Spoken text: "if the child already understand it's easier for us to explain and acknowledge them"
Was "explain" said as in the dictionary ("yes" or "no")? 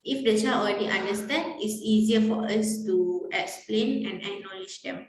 yes